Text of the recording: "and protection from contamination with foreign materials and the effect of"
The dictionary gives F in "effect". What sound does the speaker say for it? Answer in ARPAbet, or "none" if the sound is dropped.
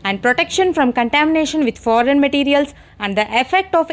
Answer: F